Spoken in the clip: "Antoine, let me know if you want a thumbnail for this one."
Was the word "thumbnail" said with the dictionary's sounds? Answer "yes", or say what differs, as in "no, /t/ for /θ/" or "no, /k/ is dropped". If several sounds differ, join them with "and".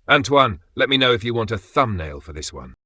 yes